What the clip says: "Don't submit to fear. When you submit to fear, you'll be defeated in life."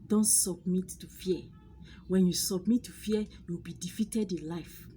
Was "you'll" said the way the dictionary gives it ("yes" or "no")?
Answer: no